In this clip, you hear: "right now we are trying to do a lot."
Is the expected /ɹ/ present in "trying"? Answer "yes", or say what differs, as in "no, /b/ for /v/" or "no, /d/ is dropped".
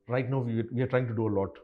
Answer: yes